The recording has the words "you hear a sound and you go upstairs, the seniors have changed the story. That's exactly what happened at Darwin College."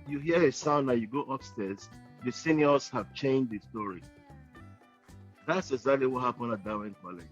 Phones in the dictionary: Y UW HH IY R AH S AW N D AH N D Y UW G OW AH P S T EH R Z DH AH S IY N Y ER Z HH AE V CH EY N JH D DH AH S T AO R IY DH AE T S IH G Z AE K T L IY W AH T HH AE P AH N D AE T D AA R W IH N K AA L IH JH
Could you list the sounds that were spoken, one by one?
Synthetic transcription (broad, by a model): Y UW HH IY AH AH S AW N AH Y UW G OW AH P S T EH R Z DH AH S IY N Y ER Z HH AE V CH EY N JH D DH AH S T AO R IY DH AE T S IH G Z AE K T L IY W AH T HH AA P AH N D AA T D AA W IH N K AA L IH